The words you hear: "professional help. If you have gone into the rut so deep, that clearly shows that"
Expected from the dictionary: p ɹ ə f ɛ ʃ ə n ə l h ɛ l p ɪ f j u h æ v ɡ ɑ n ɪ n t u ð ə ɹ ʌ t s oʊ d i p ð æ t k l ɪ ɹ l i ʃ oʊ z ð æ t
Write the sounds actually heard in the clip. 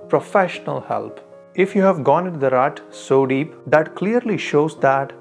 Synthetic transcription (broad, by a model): p ɹ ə f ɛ ʃ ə n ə l h ɛ l p ɪ f j u h æ v ɡ ɑ n ɪ n t u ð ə ɹ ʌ t s oʊ d i p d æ t k l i ɹ l i ʃ oʊ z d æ t